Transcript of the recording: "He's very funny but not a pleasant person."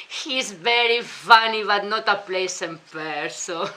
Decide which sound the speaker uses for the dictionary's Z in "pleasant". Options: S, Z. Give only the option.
S